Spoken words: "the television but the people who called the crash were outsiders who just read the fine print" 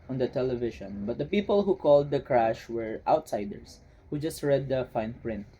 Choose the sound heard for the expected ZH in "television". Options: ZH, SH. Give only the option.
SH